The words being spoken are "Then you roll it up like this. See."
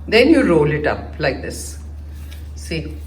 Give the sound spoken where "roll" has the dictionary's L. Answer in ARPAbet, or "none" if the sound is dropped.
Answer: L